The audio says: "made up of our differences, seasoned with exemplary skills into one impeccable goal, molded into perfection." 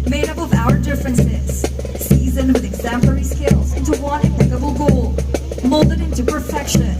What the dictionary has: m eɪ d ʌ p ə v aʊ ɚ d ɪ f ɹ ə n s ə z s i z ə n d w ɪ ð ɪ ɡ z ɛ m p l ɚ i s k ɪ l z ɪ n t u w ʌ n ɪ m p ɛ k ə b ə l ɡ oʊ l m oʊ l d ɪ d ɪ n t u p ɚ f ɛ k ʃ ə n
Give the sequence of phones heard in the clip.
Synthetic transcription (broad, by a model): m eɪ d ʌ p ə v aʊ ɚ d ɪ f ɹ ə n s ə z s i z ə n w ɪ ð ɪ ɡ z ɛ m p l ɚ i s k ɪ l z ɪ n t u w ʌ n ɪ p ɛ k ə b l ɡ oʊ l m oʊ l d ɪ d ɪ n t u p ɚ f ɛ k ʃ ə n